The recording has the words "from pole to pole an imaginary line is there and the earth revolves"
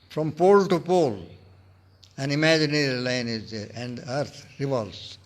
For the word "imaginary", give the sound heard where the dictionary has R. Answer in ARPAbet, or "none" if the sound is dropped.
L